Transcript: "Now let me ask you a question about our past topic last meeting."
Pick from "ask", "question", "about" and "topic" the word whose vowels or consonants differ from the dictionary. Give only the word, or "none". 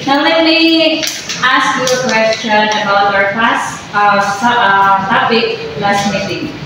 topic